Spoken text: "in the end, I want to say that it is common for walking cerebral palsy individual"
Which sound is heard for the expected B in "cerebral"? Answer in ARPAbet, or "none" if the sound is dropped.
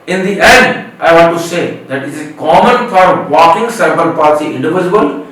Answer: none